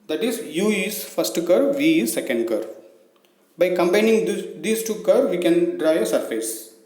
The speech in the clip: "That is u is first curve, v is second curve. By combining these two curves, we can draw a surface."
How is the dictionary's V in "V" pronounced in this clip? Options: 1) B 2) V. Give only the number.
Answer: 2